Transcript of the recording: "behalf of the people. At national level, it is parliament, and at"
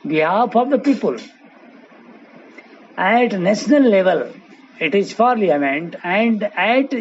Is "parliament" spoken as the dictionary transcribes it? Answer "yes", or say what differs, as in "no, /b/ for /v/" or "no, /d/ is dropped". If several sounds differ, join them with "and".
no, /f/ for /p/